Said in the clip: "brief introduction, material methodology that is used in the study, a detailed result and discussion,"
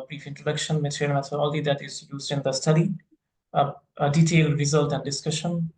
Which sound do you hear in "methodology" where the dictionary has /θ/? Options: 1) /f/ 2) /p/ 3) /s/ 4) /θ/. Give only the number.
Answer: 3